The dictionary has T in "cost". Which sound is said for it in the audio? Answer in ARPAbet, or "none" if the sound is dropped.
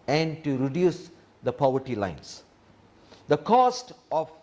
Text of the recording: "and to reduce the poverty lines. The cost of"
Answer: T